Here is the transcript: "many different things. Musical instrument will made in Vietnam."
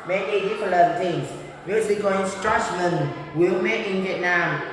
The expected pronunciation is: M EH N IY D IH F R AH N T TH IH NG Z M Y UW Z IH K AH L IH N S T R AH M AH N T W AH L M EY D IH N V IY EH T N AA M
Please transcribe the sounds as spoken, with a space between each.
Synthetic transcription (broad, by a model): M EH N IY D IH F L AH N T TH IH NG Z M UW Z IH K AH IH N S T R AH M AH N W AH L M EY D IH N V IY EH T N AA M